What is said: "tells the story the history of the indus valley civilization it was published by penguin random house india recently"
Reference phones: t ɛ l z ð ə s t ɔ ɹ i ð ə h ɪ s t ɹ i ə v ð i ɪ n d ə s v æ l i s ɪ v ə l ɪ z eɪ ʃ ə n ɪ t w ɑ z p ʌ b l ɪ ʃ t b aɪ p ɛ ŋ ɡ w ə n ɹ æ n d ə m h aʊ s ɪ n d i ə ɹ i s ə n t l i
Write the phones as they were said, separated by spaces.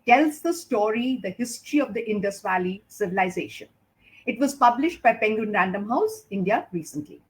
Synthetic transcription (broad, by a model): t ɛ l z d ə s t ɔ ɹ i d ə h ɪ s t ɹ i ə v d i ɪ n d ə s v æ l i s ɪ v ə l ɪ z eɪ ʃ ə n ɪ t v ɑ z p ʌ b l ɪ ʃ t b aɪ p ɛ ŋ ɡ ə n ɹ æ n d ə m h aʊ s ɪ n d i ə ɹ i s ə n t l i